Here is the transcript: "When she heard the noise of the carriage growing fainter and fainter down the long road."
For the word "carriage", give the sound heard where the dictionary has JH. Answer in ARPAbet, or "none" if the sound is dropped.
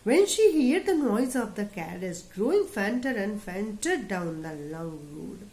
Z